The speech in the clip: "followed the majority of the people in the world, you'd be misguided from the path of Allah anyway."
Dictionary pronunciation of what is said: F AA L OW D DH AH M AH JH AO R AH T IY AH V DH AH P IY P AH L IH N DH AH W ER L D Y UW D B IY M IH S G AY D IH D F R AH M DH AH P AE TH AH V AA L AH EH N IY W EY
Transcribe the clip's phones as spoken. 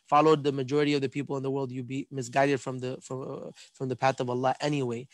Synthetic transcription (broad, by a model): F AA L OW D DH AH M AH JH AO R AH T IY AH V DH AH P IY P L IH N DH AH W ER L D Y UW B IY M IH S G AY D IH D F R AH M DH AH P AE TH AH V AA L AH EH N IY W EY